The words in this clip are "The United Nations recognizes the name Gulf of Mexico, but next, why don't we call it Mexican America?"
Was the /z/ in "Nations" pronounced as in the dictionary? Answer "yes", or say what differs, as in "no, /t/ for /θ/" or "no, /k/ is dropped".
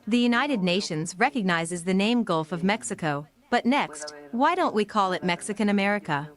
yes